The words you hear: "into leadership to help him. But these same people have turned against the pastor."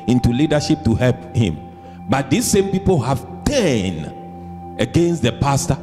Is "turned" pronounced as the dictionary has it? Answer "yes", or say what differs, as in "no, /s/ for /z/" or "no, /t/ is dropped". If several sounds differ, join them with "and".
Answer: no, /d/ is dropped